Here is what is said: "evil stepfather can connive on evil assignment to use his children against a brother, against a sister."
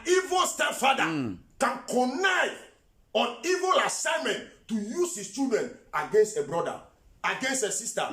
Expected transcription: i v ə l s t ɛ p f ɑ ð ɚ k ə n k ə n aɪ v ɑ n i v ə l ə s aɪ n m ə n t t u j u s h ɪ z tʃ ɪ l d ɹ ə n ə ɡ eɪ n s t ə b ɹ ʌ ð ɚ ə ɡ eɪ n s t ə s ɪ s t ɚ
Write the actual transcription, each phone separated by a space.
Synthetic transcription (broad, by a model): i v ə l s t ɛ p f ɑ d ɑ k ə n k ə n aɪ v ɑ n i v ə l ə s aɪ n m ə n t t u j u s h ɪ s tʃ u d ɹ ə n ə ɡ eɪ n s t ə b ɹ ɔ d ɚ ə ɡ eɪ n s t ə s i s t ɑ